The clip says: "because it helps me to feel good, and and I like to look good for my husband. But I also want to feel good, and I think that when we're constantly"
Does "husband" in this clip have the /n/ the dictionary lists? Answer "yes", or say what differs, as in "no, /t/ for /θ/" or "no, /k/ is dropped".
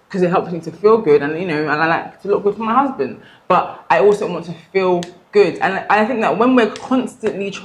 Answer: yes